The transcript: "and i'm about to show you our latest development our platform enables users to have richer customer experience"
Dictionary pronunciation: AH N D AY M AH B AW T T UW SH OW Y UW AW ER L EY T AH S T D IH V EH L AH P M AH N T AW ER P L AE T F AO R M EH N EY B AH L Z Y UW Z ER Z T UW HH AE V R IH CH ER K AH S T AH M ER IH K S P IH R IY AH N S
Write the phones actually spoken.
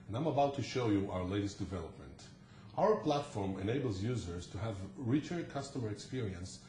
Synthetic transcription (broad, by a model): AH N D AY M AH B AW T T UW SH OW Y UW AW ER L EY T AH S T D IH V EH L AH P M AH N T AW ER P L AE T F AO R M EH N EY B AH L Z Y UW Z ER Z T UW HH AE V R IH CH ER K AH S T AH M ER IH K S P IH R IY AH N S